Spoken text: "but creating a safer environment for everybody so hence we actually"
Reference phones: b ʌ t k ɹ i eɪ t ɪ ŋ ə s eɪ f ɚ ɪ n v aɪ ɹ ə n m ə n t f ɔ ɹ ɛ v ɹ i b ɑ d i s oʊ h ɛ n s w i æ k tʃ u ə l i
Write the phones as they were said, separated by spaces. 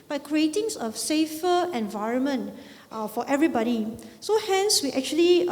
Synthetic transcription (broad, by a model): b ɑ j k ɹ i eɪ t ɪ ŋ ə s eɪ f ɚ ɪ n v aɪ ɹ ə n m ə n t f ɔ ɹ ɛ v ɹ i b ɑ d i s oʊ h ɛ n s w i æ k tʃ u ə l i